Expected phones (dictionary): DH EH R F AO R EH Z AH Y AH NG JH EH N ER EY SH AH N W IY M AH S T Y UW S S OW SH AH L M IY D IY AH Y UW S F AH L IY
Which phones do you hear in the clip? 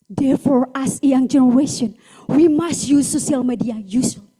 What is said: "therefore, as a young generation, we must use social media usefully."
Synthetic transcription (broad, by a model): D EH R F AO R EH S AH Y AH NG JH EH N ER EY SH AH N W IY M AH S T Y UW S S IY AH L M IY D IY AH Y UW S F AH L